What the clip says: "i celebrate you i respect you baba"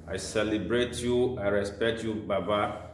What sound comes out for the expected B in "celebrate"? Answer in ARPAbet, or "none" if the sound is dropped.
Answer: B